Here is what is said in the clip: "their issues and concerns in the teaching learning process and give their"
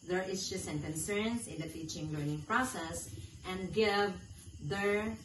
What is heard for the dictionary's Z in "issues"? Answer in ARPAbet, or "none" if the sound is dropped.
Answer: S